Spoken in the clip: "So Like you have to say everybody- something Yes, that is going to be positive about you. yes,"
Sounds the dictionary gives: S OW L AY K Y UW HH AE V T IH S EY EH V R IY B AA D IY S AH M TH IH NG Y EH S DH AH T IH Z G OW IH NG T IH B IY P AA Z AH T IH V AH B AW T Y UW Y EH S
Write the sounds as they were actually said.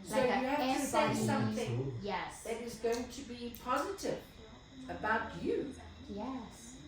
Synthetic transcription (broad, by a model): S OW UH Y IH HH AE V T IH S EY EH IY S AH M TH IH NG Y EH S DH AH T IH Z G OW IH NG T IH B IY P AA Z AH T IH V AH B AW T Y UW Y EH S